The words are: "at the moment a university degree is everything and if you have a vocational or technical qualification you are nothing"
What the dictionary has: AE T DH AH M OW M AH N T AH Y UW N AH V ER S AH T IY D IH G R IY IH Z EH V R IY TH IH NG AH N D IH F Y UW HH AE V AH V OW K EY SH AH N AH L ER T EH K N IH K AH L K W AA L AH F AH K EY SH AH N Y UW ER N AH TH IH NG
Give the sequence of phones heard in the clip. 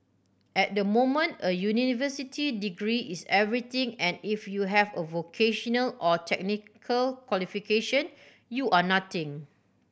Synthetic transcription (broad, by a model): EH T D AH M OW M AH N T AH Y UW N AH V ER S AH T IY D IH G R IY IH S EH V R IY T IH NG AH N IH F Y UW HH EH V AH V OW K EY SH AH N AH L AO T EH K N IH K AH L K W AA L AH F AH K EY SH AH N Y UW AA N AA T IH NG